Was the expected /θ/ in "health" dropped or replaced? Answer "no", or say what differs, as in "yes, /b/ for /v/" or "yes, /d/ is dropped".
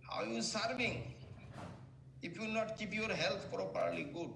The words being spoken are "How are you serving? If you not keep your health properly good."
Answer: yes, /t/ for /θ/